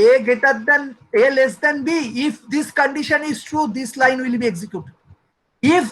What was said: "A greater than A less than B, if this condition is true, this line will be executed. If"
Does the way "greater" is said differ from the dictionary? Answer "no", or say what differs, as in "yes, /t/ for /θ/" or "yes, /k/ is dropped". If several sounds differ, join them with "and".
yes, /ɹ/ is dropped